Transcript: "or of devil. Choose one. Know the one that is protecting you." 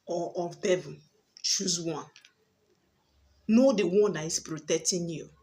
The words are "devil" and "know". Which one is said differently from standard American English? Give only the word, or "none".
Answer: devil